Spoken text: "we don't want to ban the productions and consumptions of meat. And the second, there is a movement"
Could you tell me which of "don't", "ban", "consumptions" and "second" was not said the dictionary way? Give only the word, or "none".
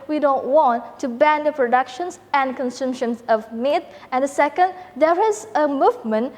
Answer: consumptions